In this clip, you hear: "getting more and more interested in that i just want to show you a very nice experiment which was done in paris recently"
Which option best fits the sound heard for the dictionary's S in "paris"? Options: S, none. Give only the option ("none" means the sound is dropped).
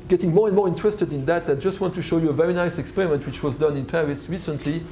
S